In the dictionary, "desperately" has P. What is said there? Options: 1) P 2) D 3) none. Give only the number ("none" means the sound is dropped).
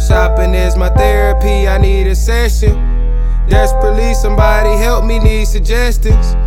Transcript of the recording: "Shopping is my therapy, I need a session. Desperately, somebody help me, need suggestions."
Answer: 3